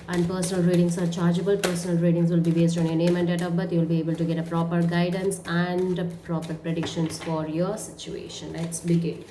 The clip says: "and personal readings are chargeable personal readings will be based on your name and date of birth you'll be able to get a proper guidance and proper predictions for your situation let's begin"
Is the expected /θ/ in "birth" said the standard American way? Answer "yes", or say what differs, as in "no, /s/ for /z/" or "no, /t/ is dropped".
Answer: no, /t/ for /θ/